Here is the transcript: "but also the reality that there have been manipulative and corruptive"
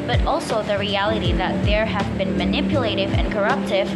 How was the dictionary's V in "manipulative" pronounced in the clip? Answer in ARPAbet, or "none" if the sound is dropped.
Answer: V